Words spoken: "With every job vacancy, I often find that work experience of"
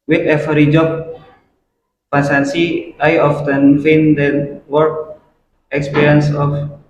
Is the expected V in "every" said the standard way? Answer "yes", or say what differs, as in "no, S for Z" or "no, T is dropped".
no, F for V